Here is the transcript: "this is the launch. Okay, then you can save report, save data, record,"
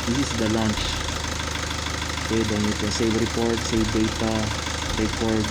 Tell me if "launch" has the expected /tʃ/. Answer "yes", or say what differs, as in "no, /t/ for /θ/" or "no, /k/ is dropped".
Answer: yes